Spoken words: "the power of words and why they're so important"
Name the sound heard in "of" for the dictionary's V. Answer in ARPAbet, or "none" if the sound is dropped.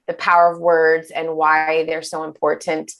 V